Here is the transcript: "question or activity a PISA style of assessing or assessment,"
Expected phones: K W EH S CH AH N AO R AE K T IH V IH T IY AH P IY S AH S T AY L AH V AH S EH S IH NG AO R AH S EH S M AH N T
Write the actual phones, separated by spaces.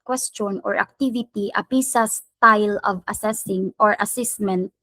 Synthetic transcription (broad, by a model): K W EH S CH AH N AO R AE K T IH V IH T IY AH P IY S AH S T AY L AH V AH S EH S IH NG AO R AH S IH S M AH N T